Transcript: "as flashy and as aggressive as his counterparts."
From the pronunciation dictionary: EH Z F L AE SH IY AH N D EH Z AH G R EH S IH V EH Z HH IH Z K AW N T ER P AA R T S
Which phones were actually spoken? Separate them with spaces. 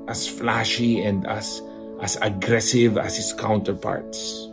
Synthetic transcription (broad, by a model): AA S F L AE SH IY AH N D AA S AH G R EH S IH V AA S HH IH S K AW N T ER P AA R T S